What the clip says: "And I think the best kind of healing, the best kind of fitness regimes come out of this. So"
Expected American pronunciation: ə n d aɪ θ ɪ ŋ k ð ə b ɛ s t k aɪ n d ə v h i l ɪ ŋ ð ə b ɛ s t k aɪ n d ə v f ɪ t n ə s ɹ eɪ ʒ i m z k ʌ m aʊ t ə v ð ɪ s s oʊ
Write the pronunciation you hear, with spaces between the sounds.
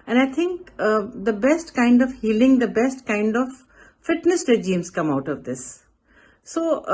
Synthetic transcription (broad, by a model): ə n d aɪ t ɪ ŋ k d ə b ɛ s t k aɪ n d ə v h i l ɪ ŋ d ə b ɛ s t k aɪ n d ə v f ɪ t n ə s ɹ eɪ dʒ i m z k ʌ m aʊ t ə v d ɪ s s oʊ